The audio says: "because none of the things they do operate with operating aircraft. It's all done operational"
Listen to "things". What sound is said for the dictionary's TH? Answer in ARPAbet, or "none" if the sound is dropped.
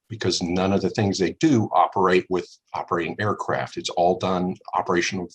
TH